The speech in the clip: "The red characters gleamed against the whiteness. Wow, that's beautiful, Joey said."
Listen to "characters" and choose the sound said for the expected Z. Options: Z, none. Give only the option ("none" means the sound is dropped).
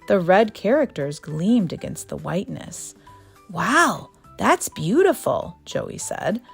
Z